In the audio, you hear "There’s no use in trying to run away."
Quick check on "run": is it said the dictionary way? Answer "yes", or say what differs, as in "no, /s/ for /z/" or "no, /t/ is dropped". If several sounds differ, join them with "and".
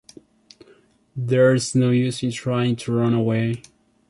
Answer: yes